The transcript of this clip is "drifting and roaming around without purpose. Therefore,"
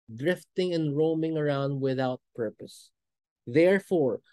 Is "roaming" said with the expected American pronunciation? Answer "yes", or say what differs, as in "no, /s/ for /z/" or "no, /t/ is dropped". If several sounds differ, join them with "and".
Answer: yes